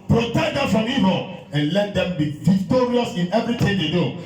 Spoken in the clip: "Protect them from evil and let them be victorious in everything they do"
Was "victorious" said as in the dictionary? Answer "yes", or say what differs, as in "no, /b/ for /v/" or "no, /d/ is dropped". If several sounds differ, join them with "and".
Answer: yes